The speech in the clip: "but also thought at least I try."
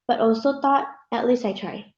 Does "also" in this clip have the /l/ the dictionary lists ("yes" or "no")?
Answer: yes